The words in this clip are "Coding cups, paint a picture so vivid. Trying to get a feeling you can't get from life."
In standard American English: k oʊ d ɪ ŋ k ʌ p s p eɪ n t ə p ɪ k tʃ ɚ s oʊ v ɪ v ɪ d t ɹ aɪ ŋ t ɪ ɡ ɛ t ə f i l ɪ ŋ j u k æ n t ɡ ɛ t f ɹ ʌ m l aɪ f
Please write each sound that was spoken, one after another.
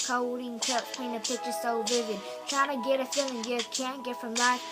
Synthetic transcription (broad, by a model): k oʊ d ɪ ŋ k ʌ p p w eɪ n ə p ɪ k tʃ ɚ s oʊ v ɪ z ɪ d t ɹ aɪ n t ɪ ɡ ɛ t ə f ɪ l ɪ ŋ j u k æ n ɡ ɛ t f ɹ ʌ m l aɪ